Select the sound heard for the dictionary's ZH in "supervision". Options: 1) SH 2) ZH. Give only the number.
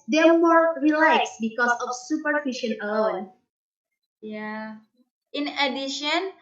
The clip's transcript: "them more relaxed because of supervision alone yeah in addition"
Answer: 1